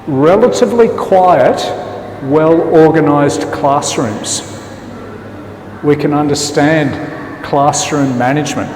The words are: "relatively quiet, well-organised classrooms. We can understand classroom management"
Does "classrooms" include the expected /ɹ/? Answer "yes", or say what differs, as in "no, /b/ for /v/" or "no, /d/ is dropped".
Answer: yes